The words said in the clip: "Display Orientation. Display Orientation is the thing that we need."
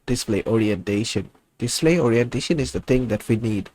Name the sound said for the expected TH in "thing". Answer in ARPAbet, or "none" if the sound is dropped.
T